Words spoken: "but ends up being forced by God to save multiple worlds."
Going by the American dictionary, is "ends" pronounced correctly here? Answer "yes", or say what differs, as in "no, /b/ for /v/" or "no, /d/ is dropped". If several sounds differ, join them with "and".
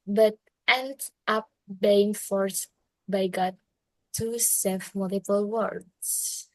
no, /z/ is dropped